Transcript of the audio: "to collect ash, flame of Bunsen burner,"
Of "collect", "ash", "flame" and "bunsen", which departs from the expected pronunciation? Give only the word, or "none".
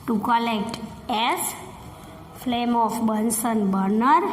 ash